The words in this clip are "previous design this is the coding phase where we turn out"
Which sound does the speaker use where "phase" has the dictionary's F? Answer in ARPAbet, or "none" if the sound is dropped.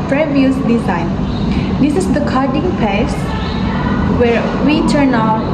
P